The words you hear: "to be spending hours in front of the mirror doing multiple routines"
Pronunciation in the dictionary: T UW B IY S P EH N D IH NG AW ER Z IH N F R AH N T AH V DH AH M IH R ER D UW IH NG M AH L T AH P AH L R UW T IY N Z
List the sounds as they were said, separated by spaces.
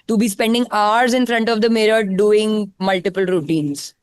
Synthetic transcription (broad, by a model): T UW B IY S P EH N D IH NG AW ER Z IH N F R AH N T AH V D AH M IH R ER D UW IH NG M AH L T AH P AH L R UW T IY N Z